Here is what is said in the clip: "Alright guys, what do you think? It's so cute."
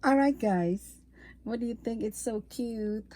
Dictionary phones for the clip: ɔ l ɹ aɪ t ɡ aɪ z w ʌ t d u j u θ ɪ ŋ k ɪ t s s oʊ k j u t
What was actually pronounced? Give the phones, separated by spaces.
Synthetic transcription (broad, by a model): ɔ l ɹ aɪ t ɡ aɪ z w ʌ t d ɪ j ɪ θ ɪ ŋ k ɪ t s s oʊ k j u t